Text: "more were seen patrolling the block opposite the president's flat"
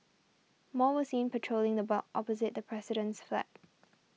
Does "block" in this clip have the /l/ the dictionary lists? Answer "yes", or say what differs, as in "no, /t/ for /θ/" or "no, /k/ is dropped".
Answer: no, /l/ is dropped